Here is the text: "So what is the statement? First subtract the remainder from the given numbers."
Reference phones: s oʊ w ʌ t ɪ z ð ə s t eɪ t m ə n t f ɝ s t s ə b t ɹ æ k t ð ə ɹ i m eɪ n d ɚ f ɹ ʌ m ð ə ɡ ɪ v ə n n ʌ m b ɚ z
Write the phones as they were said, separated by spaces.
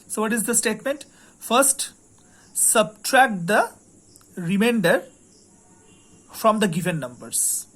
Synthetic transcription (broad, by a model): s oʊ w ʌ t ɪ z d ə s t eɪ t m ə n t f ɝ s t s ə b t ɹ æ k t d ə ɹ i m eɪ n d ɚ f ɹ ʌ m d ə ɡ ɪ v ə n n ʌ m b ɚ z